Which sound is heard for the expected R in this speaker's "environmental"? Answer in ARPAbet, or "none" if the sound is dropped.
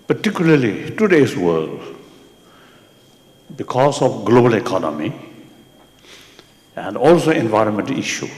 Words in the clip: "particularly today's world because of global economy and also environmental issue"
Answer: R